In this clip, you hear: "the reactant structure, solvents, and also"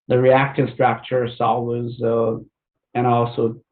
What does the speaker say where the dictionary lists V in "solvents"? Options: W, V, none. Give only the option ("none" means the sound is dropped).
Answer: W